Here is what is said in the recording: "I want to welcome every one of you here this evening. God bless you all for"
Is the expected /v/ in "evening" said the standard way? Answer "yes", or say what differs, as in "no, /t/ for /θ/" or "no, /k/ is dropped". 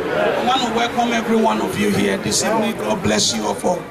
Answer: no, /p/ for /v/